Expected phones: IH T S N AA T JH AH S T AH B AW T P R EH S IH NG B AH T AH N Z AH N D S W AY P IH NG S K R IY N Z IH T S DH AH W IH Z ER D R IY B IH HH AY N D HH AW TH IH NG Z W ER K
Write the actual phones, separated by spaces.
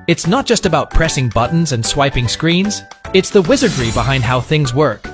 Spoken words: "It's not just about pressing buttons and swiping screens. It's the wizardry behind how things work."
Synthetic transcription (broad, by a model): IH T S N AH T JH AH S T AH B AW T P R EH S IH NG B AH T N Z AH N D S W AY P IH NG S K R IY N Z IH T S DH AH W IH Z ER D R IY B IH HH AY N D HH AW TH IH NG Z W ER K